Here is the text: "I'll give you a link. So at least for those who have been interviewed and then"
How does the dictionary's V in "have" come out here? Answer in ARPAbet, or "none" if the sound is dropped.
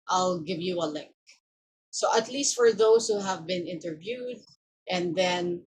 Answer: V